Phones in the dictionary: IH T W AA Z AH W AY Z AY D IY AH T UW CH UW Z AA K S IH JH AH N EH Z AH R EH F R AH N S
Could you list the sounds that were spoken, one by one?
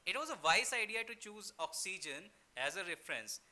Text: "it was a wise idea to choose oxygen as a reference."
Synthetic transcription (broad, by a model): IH T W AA Z AH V AY S AY D IY AH T UW CH UW Z AA K S IH JH AH N EH Z AH R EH F R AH N S